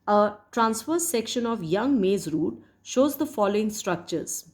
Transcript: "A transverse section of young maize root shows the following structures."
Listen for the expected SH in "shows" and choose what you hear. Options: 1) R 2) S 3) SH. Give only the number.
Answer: 3